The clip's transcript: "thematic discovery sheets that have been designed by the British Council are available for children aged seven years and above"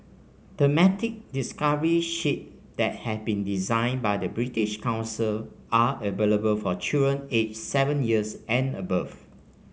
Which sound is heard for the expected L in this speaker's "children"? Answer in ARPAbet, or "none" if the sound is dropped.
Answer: none